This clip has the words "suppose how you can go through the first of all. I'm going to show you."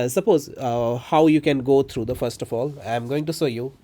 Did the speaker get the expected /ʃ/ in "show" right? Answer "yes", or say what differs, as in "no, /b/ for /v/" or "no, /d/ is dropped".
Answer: no, /s/ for /ʃ/